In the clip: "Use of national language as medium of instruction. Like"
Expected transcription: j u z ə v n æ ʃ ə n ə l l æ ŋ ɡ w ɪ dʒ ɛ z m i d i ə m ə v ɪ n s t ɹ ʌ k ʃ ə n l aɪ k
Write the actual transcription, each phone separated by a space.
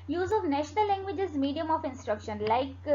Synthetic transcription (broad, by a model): j u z ə v n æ ʃ ə n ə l l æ ŋ ɡ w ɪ dʒ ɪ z m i d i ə m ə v ɪ n s t ɹ ʌ k ʃ ə n l aɪ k